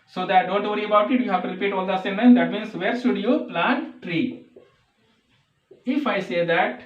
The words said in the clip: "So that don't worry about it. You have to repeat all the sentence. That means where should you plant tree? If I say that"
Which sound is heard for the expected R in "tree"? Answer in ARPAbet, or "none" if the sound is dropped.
R